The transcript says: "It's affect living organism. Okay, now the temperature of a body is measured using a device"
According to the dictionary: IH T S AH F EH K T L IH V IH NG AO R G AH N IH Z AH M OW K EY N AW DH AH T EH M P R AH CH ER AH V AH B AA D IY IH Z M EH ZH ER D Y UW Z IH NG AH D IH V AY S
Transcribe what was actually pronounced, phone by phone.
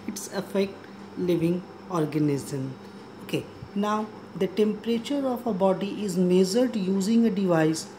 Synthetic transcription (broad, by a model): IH T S AH F EH K T L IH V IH NG AO R G AH N IH Z AH M OW K EY N AW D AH T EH M P R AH CH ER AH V AH B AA D IY IH Z M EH Z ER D Y UW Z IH NG AH D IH V AY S